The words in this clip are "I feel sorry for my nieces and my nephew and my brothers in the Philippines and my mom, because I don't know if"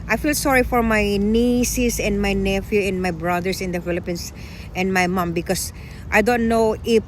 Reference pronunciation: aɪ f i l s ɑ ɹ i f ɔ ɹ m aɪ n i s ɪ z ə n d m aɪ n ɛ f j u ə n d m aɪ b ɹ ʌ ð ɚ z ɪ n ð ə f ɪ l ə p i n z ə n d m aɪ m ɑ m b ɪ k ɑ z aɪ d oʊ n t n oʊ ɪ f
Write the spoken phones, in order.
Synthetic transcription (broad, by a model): aɪ f i l s ɑ ɹ i f ɔ ɹ m aɪ n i s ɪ s ə n d m aɪ n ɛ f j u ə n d m aɪ b ɹ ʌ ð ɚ s ɪ n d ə f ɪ l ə p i n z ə n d m aɪ m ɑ m b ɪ k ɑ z aɪ d oʊ n t n oʊ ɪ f